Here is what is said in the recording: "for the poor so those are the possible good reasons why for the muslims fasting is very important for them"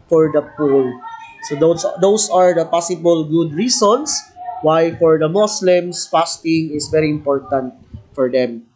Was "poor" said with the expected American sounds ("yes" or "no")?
no